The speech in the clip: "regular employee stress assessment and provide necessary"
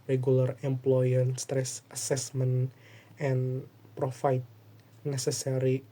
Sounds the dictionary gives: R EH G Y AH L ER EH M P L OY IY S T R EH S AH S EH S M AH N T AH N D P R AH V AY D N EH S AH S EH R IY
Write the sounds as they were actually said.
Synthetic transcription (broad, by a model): R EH G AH L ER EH M P L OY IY S T R EH S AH S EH S M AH N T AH N P R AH F AY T N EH S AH S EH R IY